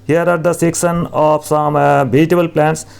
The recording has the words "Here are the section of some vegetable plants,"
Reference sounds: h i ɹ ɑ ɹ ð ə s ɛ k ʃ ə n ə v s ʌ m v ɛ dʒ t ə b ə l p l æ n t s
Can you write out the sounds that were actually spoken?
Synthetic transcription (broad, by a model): h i ɹ ɑ ɹ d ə s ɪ k s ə n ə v s ʌ m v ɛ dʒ t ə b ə l p l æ n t s